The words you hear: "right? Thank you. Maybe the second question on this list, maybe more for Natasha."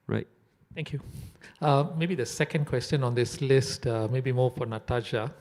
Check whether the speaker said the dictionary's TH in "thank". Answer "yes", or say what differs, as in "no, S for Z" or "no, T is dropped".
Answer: no, T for TH